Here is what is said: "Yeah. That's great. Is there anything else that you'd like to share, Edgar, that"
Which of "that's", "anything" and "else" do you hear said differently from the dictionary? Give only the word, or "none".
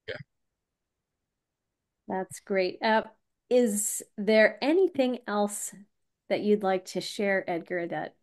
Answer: none